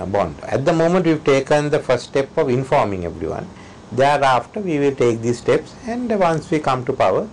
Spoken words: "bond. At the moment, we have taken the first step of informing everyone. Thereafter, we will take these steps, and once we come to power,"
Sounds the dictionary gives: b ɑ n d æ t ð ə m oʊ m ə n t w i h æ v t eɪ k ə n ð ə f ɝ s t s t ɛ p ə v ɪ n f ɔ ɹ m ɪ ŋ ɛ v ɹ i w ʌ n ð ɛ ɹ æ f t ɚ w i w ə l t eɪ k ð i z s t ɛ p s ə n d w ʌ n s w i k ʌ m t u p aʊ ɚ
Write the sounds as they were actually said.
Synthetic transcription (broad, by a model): b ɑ n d æ t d ə m oʊ m ə n t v i v t eɪ k ə n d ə f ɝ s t s t ɛ p ə v ɪ n f ɔ ɹ m ɪ ŋ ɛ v ɹ i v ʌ n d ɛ ɹ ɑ f t ɚ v i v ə l t eɪ k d i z s t ɛ p s ə n d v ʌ n s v i k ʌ m t u p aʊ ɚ